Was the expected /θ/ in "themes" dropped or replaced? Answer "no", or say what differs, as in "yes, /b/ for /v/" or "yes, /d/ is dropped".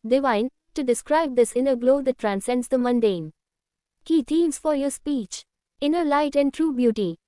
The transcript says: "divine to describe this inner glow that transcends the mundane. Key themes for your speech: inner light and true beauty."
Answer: yes, /t/ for /θ/